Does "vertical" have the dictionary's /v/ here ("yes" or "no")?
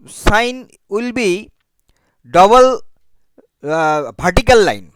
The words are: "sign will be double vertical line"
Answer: no